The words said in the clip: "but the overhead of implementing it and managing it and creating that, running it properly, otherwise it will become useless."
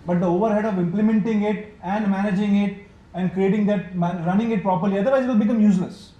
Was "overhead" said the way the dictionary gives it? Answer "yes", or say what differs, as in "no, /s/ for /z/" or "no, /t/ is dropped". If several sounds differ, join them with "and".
yes